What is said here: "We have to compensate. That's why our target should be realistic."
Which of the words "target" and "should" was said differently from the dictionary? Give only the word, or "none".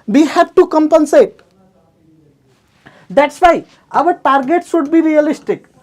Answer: should